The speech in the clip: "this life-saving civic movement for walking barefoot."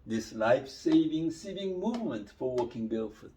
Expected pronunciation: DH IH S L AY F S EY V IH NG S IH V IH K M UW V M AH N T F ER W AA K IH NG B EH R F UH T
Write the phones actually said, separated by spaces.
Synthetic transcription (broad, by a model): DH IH S L AY F S EY V IH NG S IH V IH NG M UW V M AH N T F ER W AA K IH NG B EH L F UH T